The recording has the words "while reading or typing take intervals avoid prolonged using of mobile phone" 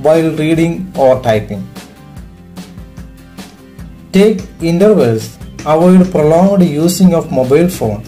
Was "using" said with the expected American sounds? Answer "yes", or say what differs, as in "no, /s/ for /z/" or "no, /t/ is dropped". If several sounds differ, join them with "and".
no, /s/ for /z/